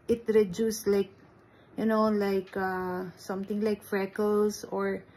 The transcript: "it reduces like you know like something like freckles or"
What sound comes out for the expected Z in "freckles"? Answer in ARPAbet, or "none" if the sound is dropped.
S